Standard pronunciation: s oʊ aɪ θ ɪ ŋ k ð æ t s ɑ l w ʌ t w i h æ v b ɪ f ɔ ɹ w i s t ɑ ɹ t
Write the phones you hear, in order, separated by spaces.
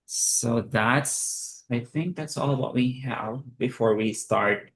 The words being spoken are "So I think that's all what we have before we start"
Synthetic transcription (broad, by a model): s oʊ aɪ θ ɪ ŋ k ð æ t s ɑ l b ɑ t w i h æ v b ɪ f ɔ ɹ w i s t ɑ ɹ t